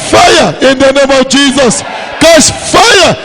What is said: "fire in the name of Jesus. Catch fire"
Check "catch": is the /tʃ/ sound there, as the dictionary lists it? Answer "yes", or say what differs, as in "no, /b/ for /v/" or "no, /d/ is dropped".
no, /s/ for /tʃ/